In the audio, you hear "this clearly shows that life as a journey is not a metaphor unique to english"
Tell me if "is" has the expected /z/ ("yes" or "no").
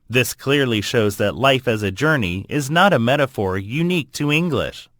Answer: yes